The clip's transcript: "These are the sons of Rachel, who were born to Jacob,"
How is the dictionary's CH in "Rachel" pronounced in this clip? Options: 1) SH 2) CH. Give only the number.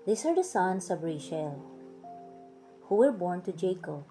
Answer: 1